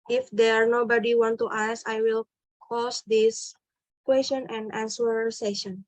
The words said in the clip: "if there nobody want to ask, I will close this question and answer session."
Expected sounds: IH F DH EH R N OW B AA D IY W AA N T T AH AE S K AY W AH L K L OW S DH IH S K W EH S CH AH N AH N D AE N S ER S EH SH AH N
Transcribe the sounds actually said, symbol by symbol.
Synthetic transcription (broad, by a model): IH F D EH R N OW B AA D IY W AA N T T AH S AY W AH L K OW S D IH S K W EH S CH AH N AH N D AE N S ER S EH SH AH N